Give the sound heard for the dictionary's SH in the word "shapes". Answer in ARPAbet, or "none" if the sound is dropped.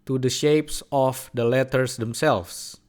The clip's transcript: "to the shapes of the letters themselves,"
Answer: SH